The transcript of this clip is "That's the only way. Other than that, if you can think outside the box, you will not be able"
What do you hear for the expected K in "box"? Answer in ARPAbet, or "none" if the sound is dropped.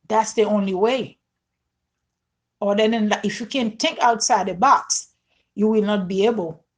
K